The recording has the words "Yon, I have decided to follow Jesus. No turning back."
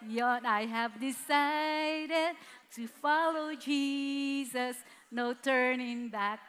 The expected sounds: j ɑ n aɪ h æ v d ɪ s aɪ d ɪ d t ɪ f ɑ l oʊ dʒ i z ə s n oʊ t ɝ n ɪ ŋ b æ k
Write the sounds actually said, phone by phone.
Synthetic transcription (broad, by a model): j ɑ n aɪ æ v d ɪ s aɪ d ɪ d t ɪ f ɑ l oʊ dʒ i z ə s n oʊ t ɝ n ɪ ŋ b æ k